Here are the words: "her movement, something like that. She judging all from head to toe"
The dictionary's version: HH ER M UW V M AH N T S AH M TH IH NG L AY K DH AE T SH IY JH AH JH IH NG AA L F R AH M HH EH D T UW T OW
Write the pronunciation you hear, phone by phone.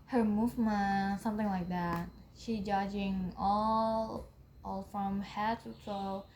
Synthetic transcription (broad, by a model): HH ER M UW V M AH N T S AH M TH IH NG L AY K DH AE T SH IY JH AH JH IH NG AA L F R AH M HH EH T UW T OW